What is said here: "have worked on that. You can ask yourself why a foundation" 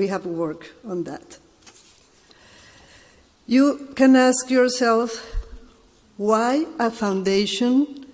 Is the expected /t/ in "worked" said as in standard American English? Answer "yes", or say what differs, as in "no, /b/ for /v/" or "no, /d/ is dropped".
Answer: no, /t/ is dropped